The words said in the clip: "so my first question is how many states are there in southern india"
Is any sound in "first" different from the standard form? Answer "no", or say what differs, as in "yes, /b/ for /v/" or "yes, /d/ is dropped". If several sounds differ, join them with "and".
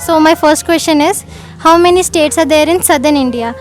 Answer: no